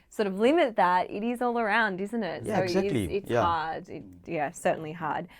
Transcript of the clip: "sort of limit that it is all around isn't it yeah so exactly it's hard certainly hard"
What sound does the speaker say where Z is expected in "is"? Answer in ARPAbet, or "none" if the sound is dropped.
Z